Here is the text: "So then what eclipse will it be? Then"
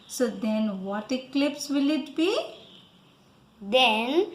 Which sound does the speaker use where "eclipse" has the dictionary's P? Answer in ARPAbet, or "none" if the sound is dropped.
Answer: P